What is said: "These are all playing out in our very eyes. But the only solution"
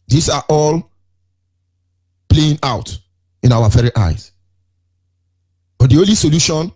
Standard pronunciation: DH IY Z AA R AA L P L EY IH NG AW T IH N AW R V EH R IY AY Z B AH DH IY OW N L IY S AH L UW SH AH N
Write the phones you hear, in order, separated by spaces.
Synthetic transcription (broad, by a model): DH IY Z AA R AA L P L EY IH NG AW T IH N AW W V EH R IY AY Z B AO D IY OW N L IY S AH L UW SH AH N